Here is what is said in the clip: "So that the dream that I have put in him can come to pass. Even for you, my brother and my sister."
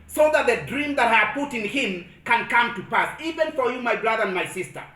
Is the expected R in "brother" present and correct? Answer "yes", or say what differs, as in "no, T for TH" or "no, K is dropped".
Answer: yes